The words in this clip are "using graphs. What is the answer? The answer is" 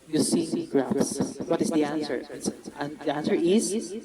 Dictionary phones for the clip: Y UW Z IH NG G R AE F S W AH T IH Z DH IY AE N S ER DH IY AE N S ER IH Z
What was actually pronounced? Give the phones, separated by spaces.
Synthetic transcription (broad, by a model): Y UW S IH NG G R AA S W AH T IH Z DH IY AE N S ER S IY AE N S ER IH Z